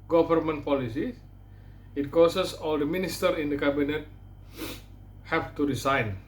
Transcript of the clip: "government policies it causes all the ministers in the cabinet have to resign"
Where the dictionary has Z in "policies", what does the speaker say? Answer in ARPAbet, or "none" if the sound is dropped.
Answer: none